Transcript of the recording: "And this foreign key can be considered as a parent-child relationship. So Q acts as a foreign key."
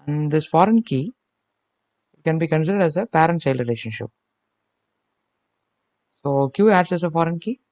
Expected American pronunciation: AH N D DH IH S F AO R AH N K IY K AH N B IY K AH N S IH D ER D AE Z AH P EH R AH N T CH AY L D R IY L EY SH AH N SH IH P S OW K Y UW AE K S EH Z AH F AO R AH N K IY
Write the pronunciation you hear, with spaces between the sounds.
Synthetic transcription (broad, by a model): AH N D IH S F AO R AH N K IY K AH N B IY K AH N S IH D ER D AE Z AH P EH R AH N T S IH L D R IY L EY SH AH N SH IH P S OW K Y UW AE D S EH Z AH F AO R AH N K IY